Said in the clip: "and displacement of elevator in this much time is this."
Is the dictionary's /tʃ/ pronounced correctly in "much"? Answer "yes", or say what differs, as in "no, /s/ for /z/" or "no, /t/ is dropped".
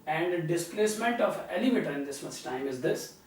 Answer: no, /s/ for /tʃ/